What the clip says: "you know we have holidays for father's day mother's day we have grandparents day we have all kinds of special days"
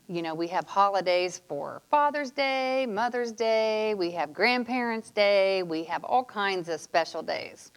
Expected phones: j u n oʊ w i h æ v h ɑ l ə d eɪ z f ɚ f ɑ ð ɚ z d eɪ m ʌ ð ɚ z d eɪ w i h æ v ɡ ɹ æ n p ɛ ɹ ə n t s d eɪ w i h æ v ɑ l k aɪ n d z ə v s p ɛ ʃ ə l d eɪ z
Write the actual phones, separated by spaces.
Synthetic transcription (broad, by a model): j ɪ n oʊ w i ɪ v h ɑ l ə d eɪ z f ɚ f ɑ ð ɚ z d eɪ m ʌ ð ɚ z d eɪ w i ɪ v ɡ ɹ æ n p ɛ ɹ ə n t s d eɪ w i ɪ v ɑ l k aɪ n d z ə v s p ɛ ʃ l d eɪ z